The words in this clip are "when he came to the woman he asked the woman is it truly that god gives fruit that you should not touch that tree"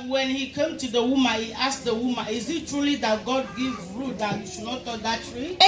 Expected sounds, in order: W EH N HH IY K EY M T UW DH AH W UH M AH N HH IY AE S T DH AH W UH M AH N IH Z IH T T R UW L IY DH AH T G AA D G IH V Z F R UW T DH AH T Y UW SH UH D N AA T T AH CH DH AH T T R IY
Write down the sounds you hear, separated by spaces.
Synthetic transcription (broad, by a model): W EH N HH IY K EY M T UW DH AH W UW M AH N HH IY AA S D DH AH W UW M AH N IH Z IH T T R UW L IY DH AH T G AA D G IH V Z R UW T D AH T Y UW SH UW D N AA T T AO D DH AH T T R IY